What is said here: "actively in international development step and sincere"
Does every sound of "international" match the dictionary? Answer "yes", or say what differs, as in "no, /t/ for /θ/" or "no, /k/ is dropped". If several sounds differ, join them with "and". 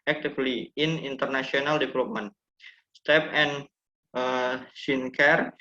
no, /s/ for /ʃ/